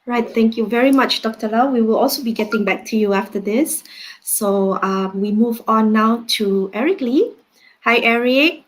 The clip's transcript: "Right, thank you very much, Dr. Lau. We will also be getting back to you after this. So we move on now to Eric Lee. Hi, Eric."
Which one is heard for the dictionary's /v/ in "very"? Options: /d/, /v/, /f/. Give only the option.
/v/